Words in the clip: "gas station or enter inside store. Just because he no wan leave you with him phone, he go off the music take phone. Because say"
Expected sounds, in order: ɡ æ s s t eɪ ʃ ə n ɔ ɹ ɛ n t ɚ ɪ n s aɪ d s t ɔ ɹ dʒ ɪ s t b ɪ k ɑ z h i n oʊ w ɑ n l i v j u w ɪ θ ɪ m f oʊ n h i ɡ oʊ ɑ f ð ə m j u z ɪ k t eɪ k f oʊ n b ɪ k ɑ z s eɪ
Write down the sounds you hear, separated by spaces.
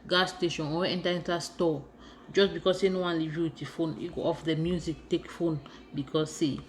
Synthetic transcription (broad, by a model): ɡ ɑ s s t eɪ ʃ ə n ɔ w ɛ n t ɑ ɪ n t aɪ s t ɔ dʒ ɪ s b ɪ k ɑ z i n oʊ w ɑ n l i v j u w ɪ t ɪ f oʊ n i ɡ oʊ ɑ f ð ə m j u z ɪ k t eɪ k f oʊ n b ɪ k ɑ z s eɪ